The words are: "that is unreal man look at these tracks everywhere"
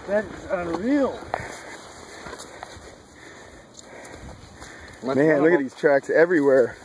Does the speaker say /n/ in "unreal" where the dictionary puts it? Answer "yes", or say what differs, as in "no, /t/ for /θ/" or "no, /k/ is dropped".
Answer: no, /n/ is dropped